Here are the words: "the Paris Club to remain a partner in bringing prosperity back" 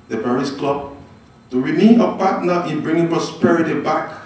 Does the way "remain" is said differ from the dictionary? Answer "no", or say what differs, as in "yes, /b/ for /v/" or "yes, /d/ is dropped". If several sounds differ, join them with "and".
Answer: yes, /n/ is dropped